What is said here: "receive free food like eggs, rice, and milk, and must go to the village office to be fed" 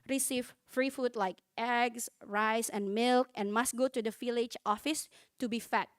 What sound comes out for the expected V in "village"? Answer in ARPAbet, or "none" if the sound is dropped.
F